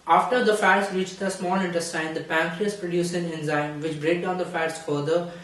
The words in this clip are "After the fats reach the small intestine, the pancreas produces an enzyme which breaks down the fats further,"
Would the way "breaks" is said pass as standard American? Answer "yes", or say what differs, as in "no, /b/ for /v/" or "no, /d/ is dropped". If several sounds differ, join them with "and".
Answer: no, /s/ is dropped